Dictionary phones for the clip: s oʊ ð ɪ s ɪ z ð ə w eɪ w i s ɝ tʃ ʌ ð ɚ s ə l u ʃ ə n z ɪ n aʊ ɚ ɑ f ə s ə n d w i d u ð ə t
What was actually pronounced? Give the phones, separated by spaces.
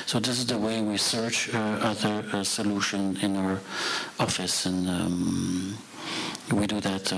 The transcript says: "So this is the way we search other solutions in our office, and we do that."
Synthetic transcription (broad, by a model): s oʊ ð ɪ s ɪ z ð ə w eɪ w i s ɝ tʃ ʌ ð ɚ s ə l u ʃ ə n ɪ n aʊ ɚ ɑ f ə s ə n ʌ w i d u ð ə t